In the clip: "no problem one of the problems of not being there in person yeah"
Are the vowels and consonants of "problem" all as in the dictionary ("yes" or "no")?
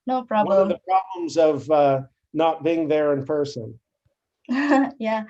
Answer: no